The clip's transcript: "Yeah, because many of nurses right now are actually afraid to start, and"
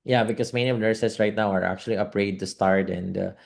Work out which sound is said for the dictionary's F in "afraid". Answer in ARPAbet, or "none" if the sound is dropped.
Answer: P